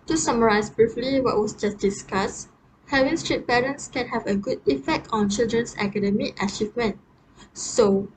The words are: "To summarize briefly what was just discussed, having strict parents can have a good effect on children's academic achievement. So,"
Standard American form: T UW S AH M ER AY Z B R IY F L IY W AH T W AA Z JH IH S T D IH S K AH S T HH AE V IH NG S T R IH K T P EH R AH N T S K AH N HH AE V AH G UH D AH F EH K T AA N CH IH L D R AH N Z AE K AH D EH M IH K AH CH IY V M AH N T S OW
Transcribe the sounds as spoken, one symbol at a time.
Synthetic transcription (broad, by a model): T UW S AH M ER AY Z B R IY F L IY W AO T W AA S JH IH S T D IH S K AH S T HH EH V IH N S T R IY T P EH R AH N T S K AH N HH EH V AH G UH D AH F EH K T AA N CH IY L D R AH N S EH K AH D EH M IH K AH CH IY V M AH N T S OW